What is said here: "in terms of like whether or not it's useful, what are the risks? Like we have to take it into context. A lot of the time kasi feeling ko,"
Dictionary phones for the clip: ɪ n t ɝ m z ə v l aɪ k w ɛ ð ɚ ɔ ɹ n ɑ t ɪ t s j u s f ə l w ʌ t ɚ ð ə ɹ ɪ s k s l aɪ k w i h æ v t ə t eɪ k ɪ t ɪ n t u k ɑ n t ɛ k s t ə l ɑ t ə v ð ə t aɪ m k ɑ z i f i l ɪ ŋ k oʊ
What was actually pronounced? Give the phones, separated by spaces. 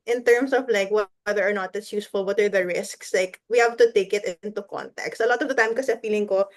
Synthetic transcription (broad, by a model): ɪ n t ɝ m s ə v l aɪ k w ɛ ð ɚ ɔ ɹ n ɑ t ɪ t s j u s f ə l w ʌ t ɚ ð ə ɹ ɪ s k s l aɪ k w i h æ v t ə t eɪ k ɪ t ɪ n t u k ɑ n t ɛ k s t ə l ɑ t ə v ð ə t aɪ m k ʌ s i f i l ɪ ŋ k oʊ